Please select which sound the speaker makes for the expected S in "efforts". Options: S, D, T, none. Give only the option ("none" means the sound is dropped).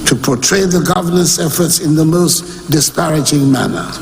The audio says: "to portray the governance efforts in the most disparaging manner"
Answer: S